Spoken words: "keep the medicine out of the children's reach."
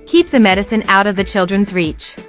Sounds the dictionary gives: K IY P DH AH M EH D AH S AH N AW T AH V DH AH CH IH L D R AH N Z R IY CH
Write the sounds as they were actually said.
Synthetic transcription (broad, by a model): K IY P DH AH M EH D AH S AH N AW T AH V DH AH CH IH L D R AH N Z R IY CH